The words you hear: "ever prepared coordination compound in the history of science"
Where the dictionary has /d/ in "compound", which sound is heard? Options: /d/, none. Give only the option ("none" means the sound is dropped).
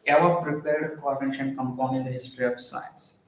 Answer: none